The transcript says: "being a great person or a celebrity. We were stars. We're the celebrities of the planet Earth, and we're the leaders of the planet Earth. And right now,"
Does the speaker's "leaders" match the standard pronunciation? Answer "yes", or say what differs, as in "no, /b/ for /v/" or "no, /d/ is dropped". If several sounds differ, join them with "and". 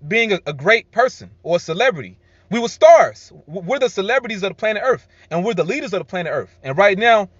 yes